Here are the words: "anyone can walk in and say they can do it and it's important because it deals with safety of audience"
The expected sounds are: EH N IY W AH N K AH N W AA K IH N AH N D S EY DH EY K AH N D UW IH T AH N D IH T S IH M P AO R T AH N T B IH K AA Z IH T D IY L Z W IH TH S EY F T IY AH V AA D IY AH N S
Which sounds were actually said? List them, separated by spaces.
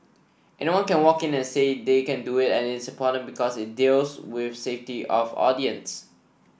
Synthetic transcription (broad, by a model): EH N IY W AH N K AH N W AA K IH N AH N S EY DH EY K AH N D UW IH T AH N IH T S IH P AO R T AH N B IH K AA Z IH T D IY L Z W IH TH S EY F T IY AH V AA D IY AH N S